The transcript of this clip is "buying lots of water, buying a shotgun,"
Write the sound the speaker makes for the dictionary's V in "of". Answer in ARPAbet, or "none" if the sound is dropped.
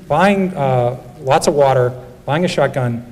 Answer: V